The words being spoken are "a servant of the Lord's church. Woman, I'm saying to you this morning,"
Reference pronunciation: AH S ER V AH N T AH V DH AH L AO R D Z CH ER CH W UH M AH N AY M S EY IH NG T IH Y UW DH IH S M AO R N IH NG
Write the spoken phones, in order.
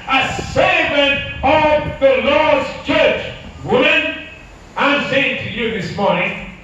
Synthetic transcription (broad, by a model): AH S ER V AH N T AH V DH AH L AO R D Z CH ER CH W UH M AH N AY M S EY IH NG T IH Y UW DH IH S M AO R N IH NG